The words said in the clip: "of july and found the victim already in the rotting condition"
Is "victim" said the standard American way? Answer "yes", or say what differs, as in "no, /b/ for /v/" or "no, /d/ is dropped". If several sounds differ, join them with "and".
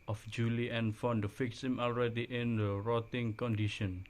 no, /f/ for /v/ and /s/ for /t/